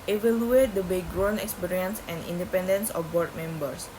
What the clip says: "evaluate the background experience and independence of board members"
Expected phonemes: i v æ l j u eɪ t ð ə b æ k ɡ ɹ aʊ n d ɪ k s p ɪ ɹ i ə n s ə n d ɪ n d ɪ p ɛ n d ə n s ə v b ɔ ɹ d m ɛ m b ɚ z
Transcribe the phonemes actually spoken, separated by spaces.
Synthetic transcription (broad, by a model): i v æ l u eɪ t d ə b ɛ ɡ ɹ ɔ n ɪ k s p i ɹ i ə n s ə n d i n d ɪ p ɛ n d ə n s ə f b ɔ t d m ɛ m b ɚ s